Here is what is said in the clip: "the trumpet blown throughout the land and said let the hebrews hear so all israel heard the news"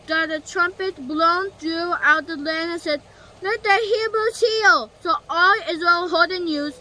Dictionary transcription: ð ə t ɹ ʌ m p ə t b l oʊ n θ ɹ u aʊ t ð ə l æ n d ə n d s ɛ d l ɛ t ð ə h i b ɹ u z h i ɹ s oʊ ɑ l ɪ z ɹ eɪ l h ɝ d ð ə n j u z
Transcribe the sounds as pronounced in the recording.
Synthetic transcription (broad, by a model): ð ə t ɹ ʌ m p ə t b l oʊ n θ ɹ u aʊ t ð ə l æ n ə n s ɛ d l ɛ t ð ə h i b ɹ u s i l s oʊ ɑ l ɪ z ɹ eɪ l h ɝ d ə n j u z